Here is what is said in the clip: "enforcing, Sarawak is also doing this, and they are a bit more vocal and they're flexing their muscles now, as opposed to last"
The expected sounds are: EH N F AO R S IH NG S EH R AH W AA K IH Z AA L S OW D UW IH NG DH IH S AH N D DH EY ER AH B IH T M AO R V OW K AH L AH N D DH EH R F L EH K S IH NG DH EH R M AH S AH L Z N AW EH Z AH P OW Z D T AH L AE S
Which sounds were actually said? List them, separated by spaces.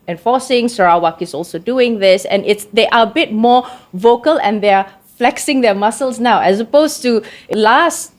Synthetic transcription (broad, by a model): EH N F AO S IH NG S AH R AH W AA K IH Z AA L S OW D UW IH NG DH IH S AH N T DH EY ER AH B IH T M AO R V OW K AH L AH N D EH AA F L EH K S IH NG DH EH M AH S AH L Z N AW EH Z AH P OW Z T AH L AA S